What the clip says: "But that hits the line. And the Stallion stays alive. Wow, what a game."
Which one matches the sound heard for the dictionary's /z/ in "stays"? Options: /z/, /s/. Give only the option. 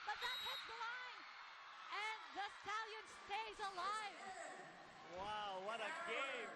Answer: /z/